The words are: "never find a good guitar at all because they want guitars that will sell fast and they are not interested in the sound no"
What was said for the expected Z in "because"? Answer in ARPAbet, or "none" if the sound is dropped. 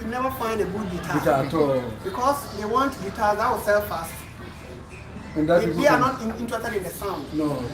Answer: S